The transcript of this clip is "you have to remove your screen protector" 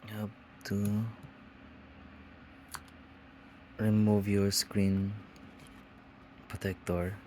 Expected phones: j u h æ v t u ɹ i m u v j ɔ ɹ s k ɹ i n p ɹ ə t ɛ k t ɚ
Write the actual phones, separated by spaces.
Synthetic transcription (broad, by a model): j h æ b t u ɹ i m u v j ɔ ɹ s k ɹ i n p ɹ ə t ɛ k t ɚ